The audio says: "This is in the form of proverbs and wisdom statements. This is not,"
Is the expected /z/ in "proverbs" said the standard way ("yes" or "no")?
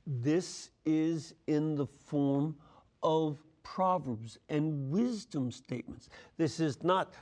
yes